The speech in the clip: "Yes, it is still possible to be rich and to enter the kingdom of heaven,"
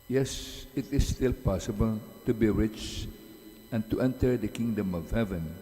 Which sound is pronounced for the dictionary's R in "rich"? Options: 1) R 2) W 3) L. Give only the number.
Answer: 1